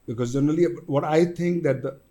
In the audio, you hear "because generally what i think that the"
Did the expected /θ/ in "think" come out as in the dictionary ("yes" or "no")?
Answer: no